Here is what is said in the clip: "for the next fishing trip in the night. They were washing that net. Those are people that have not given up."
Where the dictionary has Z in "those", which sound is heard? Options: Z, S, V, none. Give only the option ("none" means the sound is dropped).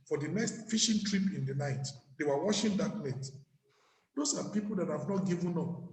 S